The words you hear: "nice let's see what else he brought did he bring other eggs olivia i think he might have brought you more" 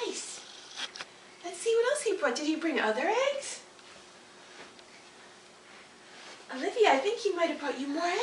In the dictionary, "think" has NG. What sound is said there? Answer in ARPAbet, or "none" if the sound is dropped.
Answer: NG